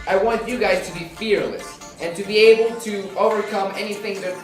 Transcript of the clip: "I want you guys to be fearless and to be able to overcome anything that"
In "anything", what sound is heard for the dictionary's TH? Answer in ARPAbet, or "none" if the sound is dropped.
TH